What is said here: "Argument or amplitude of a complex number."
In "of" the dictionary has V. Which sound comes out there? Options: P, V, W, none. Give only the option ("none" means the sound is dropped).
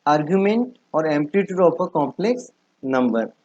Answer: P